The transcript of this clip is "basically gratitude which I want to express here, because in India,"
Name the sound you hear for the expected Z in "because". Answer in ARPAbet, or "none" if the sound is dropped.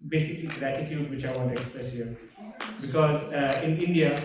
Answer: Z